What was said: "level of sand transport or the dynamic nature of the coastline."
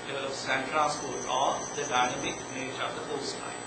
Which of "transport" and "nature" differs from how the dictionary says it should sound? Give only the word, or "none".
transport